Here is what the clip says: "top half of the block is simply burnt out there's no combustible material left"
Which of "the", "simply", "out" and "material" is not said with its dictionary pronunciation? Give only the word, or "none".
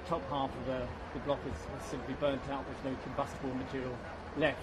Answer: none